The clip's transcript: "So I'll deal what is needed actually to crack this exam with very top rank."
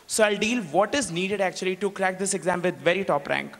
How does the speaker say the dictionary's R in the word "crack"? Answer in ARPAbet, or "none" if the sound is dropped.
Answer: R